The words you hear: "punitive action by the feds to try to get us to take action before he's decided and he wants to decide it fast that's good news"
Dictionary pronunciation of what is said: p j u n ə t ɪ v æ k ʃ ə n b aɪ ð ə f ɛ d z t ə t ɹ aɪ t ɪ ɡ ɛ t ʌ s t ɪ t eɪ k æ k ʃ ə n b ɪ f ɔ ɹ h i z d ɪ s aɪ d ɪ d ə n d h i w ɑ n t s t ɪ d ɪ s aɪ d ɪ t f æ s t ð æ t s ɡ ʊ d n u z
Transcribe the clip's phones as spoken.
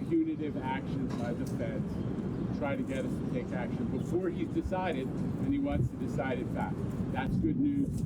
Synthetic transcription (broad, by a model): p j u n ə t ɪ v æ k ʃ ə n b aɪ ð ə f ɛ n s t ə t ɹ aɪ t ɪ ɡ ɛ t ʌ s t ɪ t eɪ k æ k ʃ ə n b ɪ f ɔ ɹ i z d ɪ s aɪ d ɪ d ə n i w ɑ n t s t ɪ d ɪ s aɪ d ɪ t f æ t ð æ t s ɡ ʊ d n u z